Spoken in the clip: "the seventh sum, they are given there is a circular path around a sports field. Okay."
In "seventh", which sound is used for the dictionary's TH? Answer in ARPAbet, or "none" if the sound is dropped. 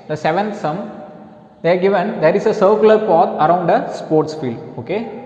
T